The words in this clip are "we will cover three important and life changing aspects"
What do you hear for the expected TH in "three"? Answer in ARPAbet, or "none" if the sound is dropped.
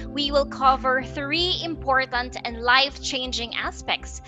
TH